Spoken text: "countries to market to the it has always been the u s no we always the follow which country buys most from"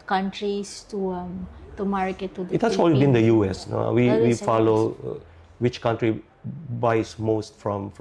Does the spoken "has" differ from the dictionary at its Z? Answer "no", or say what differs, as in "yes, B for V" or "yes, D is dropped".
yes, S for Z